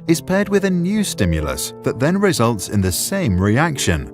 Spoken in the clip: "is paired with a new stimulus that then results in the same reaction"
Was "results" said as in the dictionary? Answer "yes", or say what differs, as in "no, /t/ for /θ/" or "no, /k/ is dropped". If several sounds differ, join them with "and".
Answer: yes